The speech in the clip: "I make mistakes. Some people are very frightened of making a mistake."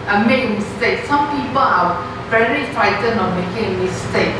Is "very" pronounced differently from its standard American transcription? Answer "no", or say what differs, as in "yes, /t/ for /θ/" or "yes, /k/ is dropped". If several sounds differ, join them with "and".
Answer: yes, /l/ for /ɹ/